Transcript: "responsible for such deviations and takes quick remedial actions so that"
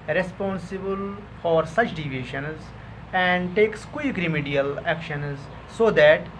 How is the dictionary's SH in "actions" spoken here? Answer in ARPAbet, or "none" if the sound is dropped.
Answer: SH